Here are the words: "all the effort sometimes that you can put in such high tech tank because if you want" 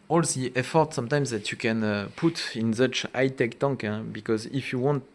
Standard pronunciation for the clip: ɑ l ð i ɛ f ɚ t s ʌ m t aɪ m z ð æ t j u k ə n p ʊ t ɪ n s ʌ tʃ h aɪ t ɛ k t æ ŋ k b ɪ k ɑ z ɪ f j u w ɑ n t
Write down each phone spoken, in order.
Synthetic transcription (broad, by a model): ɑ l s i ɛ f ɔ t s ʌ m t aɪ m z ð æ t j u k ə n p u t ɪ n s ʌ tʃ aɪ t ɛ k t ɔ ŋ k b ɪ k ɑ z ɪ f j u w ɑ n t